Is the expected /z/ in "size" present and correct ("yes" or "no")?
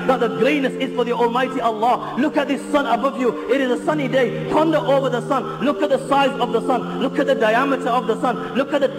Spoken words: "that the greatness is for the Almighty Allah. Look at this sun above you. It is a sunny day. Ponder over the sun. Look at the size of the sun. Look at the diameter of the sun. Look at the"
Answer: yes